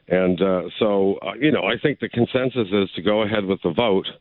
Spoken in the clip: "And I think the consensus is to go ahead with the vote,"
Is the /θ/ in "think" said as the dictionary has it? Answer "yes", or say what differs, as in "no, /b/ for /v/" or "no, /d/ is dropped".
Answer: yes